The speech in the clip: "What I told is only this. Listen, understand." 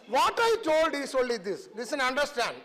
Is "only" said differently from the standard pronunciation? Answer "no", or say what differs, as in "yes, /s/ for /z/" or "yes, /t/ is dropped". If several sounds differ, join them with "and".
yes, /n/ is dropped